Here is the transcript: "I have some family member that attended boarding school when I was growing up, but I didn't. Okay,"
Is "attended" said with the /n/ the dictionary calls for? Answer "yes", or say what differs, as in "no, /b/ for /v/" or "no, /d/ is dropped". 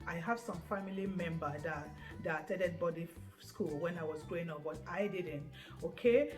no, /n/ is dropped